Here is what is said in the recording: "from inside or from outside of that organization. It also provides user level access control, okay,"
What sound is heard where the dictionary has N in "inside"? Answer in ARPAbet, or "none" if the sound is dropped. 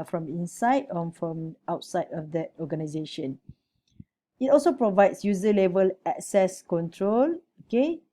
N